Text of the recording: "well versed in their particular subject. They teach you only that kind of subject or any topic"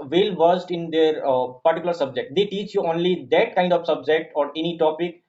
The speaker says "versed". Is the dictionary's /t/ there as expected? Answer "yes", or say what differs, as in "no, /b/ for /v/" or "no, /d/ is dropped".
yes